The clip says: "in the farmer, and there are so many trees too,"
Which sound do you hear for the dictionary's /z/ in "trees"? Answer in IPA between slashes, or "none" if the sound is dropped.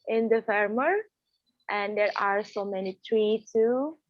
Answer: none